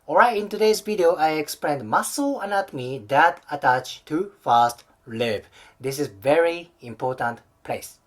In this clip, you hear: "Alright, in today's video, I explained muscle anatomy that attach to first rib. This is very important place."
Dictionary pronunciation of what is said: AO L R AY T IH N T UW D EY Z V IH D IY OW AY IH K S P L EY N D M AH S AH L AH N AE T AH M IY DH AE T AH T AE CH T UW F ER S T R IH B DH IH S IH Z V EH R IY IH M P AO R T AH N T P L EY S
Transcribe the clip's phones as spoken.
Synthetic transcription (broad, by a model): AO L R AY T IH N T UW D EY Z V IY D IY OW AY IH K S P L EY N D M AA S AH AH N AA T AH M IY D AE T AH T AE CH T UW F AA S T L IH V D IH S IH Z V EH R IY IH M P AO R T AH N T P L EY S